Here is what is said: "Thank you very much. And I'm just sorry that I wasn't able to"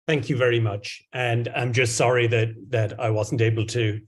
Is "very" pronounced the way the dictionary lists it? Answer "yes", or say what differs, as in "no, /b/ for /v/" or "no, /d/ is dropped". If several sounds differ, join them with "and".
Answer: yes